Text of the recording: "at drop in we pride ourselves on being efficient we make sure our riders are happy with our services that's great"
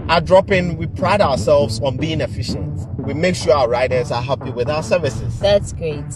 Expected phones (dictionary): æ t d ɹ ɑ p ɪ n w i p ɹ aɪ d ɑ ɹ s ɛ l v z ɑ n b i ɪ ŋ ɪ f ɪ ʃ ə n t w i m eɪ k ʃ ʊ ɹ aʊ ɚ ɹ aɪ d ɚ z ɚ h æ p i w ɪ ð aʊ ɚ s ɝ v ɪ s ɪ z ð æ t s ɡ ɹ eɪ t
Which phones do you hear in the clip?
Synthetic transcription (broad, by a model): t d ɹ ɑ p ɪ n w i p ɹ aɪ d ɑ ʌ s ɛ l v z ɑ n b i ɪ ŋ ɪ f ɪ ʃ ə n t w i m eɪ k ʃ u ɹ aʊ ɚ ɹ aɪ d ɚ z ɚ h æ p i w ɪ ð aʊ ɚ s ɝ v ɪ s ɪ z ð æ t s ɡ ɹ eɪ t